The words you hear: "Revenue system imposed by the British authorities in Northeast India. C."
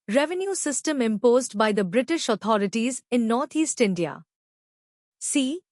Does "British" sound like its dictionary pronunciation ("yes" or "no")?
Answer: yes